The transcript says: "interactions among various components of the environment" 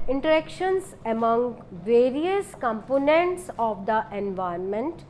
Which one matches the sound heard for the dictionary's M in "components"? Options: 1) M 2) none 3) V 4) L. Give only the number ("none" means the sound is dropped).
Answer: 1